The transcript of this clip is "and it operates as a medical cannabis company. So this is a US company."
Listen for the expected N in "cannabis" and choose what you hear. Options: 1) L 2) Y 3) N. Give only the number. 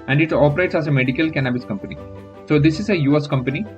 3